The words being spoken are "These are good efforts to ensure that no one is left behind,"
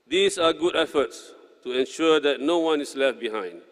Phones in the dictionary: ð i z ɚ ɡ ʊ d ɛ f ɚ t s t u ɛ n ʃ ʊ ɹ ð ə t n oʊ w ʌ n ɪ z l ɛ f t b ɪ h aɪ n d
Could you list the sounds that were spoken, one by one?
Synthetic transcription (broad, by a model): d i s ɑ ɡ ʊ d ɛ f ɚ t s t u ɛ n ʃ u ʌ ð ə t n oʊ w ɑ n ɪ s l ɛ f t b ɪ h aɪ n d